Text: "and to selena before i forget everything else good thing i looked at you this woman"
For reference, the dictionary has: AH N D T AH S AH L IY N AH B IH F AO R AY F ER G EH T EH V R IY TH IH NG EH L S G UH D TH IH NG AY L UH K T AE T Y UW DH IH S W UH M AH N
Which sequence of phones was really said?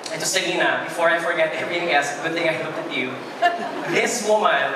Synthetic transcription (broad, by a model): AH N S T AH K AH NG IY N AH B IH F AO R AY F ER G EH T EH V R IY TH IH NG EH S G UH D TH IH NG AY L UH K T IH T Y UW DH IH S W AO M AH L